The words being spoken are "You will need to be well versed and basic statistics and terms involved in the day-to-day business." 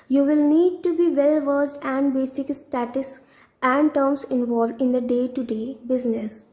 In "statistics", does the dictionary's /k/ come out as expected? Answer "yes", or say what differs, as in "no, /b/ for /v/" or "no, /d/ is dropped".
no, /k/ is dropped